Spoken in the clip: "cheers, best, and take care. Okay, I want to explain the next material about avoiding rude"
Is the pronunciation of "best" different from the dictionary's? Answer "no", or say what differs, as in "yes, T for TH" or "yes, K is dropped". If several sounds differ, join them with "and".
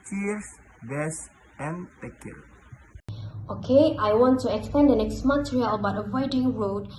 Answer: yes, T is dropped